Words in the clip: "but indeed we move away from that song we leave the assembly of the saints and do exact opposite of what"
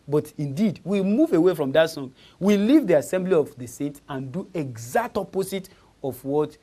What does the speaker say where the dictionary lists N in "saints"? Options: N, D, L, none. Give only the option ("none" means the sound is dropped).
none